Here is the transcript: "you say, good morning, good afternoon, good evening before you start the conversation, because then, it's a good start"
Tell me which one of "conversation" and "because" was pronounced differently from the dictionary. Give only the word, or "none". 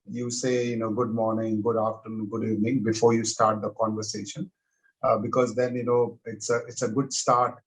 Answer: none